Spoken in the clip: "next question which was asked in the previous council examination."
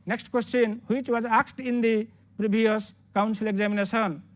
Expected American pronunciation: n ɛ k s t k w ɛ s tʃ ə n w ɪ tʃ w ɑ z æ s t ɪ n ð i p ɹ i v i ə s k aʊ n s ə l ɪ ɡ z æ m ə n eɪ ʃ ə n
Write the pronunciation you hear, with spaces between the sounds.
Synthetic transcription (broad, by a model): n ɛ k s t k w ɛ s tʃ ə n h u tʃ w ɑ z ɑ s t ɪ n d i p ɹ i b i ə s k aʊ n s ə l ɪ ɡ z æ m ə n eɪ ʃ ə n